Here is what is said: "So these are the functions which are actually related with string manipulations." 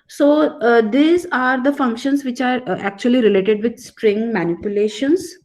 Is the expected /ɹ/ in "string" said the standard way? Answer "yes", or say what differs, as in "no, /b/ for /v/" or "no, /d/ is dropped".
yes